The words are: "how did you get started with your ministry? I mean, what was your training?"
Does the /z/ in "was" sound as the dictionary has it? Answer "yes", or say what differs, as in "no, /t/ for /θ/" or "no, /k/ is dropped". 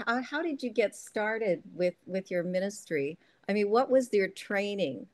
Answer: yes